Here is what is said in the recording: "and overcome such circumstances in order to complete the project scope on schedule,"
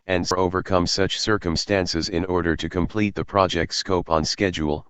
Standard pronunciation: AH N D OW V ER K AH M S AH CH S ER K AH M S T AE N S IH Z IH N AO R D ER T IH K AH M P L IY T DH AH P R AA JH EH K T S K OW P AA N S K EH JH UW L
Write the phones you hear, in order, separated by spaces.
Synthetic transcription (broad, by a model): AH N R OW V ER K AH M S AH CH S ER K AH M S T AE N S IH Z IH N AO R D ER T IH K AH M P L IY T DH AH P R AA JH EH K T S K OW P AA N S K EH JH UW L